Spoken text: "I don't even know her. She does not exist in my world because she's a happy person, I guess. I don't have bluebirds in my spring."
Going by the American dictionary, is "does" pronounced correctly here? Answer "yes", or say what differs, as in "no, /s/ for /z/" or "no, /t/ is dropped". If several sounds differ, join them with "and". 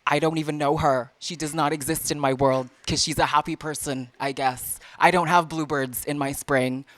yes